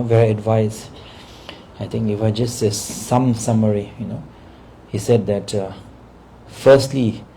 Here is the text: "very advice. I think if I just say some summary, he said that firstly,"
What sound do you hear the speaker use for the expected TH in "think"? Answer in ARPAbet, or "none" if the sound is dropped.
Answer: T